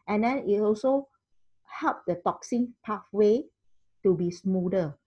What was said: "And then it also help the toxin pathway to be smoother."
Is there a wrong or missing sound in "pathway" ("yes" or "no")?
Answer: yes